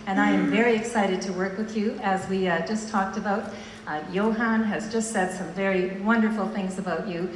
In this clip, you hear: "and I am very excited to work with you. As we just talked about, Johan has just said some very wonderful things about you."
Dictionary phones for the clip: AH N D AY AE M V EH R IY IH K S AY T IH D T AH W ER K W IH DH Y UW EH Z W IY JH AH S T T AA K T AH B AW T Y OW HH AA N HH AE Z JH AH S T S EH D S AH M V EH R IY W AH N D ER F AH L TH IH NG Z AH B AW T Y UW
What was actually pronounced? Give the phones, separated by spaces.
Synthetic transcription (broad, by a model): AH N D AY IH M V EH R IY IH K S AY T IH D T AH W ER K W IH DH Y UW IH Z W IY JH AH S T T AA K T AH B AW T Y OW HH AA N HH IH Z JH AH S T S EH D S AH M V EH R IY W AH N D ER F L TH IH NG Z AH B AW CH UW